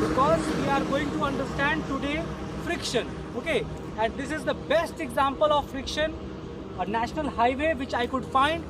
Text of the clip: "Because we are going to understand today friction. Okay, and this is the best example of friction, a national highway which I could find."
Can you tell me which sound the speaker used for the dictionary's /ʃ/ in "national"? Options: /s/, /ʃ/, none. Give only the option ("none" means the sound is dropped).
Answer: /ʃ/